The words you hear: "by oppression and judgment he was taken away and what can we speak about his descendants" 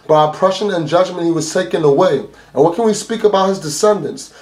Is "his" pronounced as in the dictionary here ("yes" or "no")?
yes